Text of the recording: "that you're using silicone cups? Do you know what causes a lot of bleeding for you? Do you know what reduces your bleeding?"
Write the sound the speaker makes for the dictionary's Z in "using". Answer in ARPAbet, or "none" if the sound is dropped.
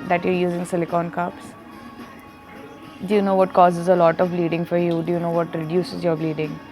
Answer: Z